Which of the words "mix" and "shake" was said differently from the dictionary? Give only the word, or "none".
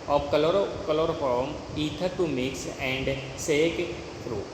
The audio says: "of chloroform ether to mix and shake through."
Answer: shake